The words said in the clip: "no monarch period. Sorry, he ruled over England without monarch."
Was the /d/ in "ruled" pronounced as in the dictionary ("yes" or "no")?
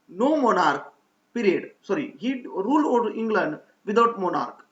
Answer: no